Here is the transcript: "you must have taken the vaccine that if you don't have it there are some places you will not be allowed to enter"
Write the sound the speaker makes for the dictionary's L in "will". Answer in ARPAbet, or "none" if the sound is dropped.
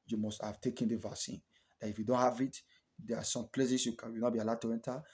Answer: W